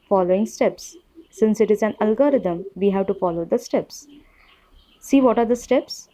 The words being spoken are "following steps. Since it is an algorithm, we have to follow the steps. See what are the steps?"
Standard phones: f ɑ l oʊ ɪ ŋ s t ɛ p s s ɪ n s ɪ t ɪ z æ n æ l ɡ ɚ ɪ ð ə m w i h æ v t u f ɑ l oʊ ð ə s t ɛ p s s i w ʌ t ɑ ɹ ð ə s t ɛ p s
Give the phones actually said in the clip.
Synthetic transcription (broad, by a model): f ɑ l oʊ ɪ ŋ s t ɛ p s s ɪ n s ɪ t ɪ z æ n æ l ɡ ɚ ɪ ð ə m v i h æ v t u f ɑ l oʊ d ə s t ɛ p s s i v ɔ t ɑ ɹ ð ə s t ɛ p s